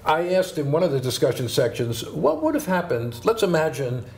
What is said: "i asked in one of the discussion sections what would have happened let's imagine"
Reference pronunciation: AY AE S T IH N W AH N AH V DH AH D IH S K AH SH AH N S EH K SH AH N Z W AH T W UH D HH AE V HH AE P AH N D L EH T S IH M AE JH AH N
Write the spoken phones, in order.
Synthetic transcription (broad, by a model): AY AE S T IH N W AH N AH V DH AH D IH S K AH SH AH N S EH K SH AH N Z W AH T W UH D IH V HH AE P AH N D L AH T S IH M AE JH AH N